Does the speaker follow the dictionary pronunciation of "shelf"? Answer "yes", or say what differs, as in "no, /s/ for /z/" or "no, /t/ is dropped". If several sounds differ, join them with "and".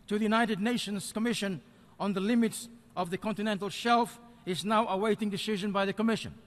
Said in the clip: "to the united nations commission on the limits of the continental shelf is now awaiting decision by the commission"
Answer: yes